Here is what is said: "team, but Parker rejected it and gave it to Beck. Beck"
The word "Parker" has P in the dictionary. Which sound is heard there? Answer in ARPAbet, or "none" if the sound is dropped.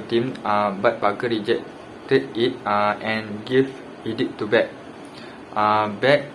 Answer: B